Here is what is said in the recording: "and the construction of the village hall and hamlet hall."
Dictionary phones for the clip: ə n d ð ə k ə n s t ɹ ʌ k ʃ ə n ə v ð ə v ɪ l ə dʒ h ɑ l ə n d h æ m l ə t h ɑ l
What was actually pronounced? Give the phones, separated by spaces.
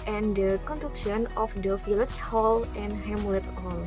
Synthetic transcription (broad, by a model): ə n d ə k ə n t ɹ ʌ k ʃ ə n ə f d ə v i l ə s h ɑ l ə n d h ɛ m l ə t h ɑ l